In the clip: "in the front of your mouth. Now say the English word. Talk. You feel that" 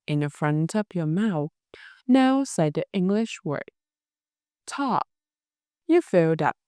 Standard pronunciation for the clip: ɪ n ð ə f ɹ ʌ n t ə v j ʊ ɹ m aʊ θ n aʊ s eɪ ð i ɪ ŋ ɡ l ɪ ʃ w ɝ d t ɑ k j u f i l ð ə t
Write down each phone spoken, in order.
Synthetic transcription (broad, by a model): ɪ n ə f ɹ ʌ n t ə p j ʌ ɹ m aʊ θ n aʊ s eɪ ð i ɪ ŋ ɡ l ɪ ʃ w ɝ d t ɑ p j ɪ f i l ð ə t